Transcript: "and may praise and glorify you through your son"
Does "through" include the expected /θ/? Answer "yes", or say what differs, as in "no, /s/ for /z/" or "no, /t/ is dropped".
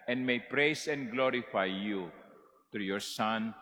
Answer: no, /t/ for /θ/